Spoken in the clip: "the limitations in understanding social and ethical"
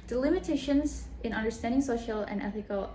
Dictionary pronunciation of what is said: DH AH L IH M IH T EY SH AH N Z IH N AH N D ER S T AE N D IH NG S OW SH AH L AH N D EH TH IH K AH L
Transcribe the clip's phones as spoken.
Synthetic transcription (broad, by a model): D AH L IH M IH T EY SH AH N Z IH N AH N D ER S T AE N D IH NG S OW SH AH L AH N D EH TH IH K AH L